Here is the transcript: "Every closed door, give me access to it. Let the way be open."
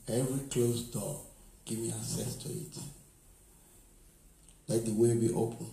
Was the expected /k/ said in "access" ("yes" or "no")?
no